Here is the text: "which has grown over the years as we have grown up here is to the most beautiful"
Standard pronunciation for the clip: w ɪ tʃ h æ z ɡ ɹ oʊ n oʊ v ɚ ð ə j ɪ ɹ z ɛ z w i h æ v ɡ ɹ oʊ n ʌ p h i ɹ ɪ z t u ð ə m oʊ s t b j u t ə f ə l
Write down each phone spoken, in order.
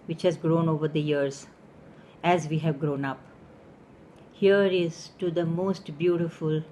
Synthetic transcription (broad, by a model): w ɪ tʃ h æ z ɡ ɹ oʊ n oʊ v ɚ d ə j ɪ ɹ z ɛ z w i h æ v ɡ ɹ oʊ n ʌ p h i ɹ ɪ z t u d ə m oʊ s t b j u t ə f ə l